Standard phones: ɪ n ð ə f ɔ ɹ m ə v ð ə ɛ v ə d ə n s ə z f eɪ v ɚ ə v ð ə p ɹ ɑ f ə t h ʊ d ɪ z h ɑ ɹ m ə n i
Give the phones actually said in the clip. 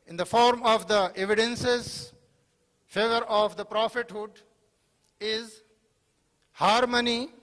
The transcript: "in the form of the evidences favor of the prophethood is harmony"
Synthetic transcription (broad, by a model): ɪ n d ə f ɔ ɹ m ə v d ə ɛ v ə d ə n s ə z f eɪ v ɚ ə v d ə p ɹ ɑ f ə t h ʊ d ɪ z h ɑ ɹ m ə n i